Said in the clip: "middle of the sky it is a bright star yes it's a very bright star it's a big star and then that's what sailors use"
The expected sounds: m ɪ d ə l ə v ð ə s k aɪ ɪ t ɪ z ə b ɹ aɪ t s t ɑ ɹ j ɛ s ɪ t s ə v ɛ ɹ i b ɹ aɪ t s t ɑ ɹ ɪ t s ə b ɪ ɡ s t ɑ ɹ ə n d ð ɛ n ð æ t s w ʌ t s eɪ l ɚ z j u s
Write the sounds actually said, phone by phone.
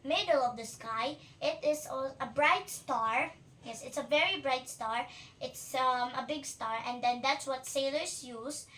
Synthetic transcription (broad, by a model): m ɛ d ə l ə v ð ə s k aɪ ɪ t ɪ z ə b ɹ aɪ t s t ɑ ɹ j ɛ s ɪ t s ə v ɛ ɹ i b ɹ aɪ t s t ɑ ɹ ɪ t s ə b ɪ ɡ s t ɑ ɹ ə n d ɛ n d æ t s w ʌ t s eɪ l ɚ s j u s